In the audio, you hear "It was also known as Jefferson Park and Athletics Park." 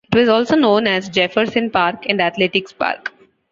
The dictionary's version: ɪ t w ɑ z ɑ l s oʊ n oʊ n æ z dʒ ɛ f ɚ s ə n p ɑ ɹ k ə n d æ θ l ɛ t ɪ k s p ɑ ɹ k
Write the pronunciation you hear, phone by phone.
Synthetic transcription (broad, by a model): ɪ t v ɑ z ɑ l s oʊ n oʊ n æ z dʒ ɛ f ɚ s ə n p ɑ ɹ k ə n d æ t l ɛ t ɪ k s p ɑ ɹ k